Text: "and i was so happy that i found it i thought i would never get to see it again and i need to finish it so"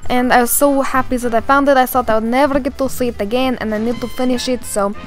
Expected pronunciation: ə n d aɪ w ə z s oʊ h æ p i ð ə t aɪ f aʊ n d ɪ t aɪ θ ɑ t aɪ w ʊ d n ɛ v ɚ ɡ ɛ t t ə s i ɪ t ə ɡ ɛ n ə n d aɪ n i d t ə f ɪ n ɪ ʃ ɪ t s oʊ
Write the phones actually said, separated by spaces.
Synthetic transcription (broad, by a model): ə n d aɪ w ə z s oʊ h æ p i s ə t aɪ f aʊ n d ɪ t aɪ s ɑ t aɪ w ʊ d n ɛ v ɚ ɡ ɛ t t ə s i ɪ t ə ɡ ɛ n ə n aɪ n i d t ə f ɪ n ɪ ʃ ɪ t s oʊ